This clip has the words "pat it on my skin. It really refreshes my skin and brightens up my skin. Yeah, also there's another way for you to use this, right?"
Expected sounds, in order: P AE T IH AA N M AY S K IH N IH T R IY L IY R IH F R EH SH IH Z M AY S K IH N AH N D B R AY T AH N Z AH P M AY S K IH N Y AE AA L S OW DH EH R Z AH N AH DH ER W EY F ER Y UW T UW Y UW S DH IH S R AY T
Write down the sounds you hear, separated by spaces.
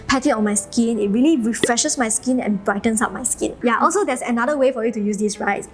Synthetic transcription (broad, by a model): P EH T IH AA N M AY S K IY N IH T R IY L IY R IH F R EH SH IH S M AY S K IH N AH N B R AY T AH N S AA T M AY S K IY N Y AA AA L S OW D EH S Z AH N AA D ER W EY F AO Y UW T UW Y UW S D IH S R AY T